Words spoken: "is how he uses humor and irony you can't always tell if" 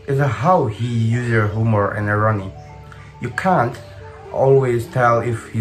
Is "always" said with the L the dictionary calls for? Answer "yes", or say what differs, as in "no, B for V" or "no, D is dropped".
yes